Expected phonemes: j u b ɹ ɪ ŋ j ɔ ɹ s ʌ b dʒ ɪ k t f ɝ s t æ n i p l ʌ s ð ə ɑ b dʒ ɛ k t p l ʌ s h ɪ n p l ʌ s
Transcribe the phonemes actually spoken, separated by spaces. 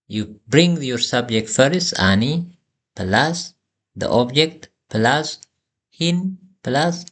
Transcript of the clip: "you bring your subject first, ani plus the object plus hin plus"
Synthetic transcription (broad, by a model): j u b ɹ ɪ ŋ j ɔ ɹ s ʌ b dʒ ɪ k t f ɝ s ɑ n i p l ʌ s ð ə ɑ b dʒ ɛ k t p l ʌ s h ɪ n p l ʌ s